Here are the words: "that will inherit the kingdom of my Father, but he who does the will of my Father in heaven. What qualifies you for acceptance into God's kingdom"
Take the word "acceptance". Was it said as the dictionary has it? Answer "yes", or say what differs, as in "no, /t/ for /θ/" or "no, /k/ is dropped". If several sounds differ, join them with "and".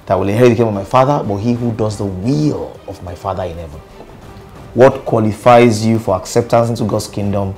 yes